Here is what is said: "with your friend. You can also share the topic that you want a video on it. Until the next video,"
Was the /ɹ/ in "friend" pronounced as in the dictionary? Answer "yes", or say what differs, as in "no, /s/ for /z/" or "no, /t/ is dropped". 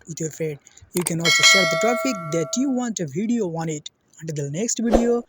no, /ɹ/ is dropped